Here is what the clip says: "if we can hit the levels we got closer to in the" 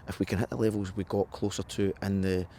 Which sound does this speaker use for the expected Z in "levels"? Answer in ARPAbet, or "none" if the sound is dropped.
Z